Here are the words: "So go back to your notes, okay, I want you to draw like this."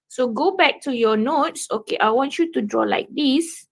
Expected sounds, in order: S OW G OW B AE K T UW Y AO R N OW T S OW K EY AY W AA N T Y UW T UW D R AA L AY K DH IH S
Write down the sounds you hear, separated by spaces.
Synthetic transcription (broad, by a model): S OW G OW B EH K T UW Y AO N OW T S OW K EY AY W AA N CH Y UW T UW D R AA L AY K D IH S